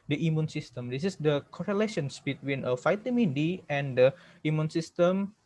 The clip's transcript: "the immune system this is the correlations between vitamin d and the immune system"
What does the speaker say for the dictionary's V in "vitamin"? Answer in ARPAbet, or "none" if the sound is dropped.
F